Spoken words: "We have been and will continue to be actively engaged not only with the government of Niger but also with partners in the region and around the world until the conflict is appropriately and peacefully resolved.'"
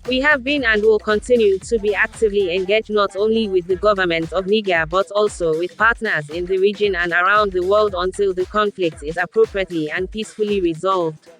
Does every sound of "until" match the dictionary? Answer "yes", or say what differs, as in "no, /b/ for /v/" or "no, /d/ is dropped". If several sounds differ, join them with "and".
yes